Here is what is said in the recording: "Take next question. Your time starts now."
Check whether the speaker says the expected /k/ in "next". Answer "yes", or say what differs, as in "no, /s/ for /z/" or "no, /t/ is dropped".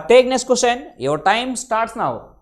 no, /k/ is dropped